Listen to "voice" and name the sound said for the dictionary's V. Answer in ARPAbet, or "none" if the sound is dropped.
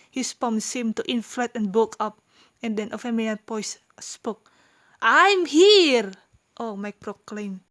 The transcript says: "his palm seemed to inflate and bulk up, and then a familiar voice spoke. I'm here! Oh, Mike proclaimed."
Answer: P